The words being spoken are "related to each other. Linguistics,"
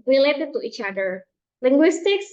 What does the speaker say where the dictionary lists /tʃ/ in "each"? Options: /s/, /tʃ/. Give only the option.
/tʃ/